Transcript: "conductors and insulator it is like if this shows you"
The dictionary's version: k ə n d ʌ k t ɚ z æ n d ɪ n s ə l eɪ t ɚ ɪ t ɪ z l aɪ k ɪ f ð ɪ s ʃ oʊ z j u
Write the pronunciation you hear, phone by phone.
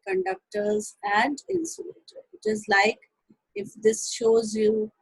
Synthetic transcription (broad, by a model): k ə n d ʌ k t ɚ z æ n d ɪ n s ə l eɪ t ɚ ɪ t ɪ z l aɪ k ɪ f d ɪ s ʃ oʊ z j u